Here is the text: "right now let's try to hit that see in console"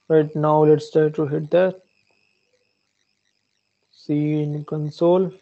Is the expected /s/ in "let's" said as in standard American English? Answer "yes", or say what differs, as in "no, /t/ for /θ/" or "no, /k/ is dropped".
yes